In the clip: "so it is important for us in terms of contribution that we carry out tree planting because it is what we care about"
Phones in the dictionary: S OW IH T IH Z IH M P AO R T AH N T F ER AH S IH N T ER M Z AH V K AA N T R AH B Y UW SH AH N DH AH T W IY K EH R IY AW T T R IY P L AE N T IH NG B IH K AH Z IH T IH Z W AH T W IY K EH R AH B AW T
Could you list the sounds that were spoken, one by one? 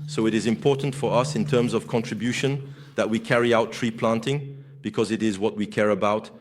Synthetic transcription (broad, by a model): S OW IH T IH Z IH M P AO R T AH N T F ER AH S IH N T ER M Z AH V K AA N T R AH B Y UW SH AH N DH AH T W IY K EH R IY AW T T R IY P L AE N T IH NG B IH K AH Z IH T IH Z W AH T W IY K EH R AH B AW T